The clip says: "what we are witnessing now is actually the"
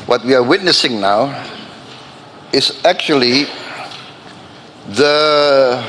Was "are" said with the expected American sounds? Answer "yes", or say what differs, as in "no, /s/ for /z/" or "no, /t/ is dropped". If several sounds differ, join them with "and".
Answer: yes